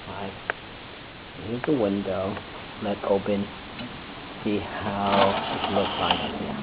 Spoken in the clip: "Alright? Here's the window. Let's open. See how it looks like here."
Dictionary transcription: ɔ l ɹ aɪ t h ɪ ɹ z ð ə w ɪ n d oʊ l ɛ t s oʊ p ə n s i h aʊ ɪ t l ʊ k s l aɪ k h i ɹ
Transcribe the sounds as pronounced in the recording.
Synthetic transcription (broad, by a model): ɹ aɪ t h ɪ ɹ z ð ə w ɪ n d oʊ l ɛ t s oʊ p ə n s i h aʊ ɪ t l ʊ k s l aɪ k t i